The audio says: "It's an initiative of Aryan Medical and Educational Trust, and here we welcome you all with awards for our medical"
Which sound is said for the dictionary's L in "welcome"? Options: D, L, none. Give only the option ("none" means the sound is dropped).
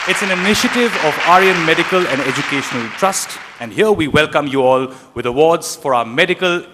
L